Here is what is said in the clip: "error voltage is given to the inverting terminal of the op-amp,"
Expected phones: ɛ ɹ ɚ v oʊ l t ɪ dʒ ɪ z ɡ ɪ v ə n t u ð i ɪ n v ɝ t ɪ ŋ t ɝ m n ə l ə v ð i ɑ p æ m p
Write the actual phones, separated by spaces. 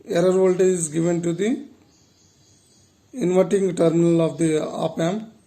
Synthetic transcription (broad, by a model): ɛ ɹ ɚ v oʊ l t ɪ ɪ z ɡ ɪ v ə n t u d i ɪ n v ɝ t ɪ ŋ t ɝ m n ə l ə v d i ɑ p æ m